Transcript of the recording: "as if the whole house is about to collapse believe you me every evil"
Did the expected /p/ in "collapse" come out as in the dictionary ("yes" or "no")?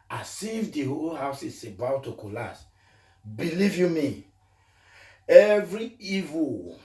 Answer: no